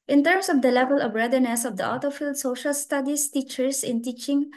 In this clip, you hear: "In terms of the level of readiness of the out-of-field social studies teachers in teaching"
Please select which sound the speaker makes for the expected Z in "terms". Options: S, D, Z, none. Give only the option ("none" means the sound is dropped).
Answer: S